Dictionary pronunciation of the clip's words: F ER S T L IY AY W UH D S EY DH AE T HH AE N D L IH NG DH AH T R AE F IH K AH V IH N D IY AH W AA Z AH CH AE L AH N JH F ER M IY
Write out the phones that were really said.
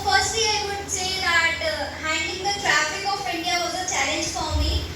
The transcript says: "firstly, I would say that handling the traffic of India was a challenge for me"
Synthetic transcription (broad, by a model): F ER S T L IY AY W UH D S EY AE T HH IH N D IH NG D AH T R AE F IH K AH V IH N D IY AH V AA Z AH CH AE L AH N JH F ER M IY